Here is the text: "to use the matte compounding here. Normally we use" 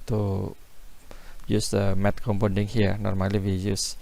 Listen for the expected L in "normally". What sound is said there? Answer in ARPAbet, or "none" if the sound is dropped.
L